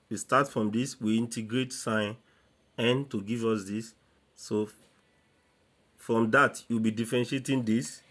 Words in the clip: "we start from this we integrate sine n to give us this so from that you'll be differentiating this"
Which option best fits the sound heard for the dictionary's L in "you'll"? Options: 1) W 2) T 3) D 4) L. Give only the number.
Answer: 1